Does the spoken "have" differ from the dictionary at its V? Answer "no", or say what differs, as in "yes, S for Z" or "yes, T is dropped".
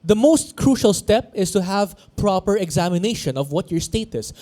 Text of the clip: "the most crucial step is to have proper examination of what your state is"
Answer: no